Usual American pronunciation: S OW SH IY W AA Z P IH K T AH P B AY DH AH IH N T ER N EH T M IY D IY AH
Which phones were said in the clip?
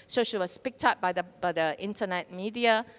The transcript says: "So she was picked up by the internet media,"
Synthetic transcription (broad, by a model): S OW SH IY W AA S P IH K T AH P B AY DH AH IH N T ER N EH T M IY D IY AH